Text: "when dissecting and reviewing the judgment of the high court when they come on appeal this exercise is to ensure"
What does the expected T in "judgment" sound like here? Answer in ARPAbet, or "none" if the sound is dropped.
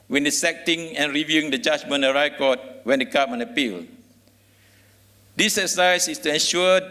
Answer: none